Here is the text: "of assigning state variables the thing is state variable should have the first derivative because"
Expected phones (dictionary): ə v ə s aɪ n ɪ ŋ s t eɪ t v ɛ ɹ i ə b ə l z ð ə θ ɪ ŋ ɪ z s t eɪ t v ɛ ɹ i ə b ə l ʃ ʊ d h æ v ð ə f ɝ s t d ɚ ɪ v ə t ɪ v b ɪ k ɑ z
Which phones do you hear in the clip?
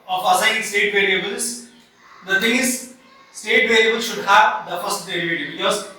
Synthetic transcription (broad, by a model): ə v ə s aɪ ɪ s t eɪ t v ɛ ɹ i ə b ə l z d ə t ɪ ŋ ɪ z s t eɪ t v ɛ ɹ i ə b ə l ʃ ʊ d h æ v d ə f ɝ s t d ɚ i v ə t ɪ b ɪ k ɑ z